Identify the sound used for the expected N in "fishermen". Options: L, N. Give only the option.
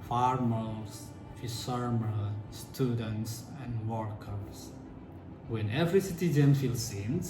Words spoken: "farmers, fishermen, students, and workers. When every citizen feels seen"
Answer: L